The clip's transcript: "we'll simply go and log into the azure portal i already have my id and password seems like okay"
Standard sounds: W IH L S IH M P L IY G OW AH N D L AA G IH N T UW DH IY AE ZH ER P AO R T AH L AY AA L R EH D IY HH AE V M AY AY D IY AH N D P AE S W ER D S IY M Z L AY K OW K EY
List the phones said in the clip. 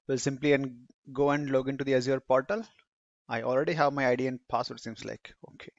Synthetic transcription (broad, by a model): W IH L S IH M P L IY G OW AH N D L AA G IH N T UW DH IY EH Z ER P AO R T AH L AY AA L R EH D IY HH AE V M AY AY D IY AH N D P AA S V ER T S IY M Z L AY K OW K EY